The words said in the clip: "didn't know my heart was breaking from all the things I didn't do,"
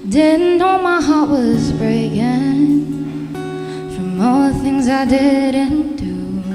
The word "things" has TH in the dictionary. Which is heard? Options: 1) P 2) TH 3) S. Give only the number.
2